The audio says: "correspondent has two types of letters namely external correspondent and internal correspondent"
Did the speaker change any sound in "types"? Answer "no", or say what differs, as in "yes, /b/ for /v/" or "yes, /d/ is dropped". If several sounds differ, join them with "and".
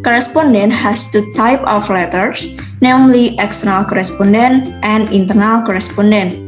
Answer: yes, /s/ is dropped